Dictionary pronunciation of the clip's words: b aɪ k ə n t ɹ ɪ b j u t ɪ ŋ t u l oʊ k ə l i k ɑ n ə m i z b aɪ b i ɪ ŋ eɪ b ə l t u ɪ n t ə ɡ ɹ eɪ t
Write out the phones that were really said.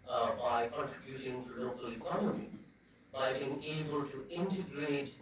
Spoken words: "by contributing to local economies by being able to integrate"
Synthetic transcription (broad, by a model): b aɪ k ə n t ɹ ɪ b j u t ɪ ŋ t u l oʊ k ə l i k ɑ n ə m i z b aɪ b i ɪ ŋ eɪ b ə l t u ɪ n t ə ɡ ɹ eɪ t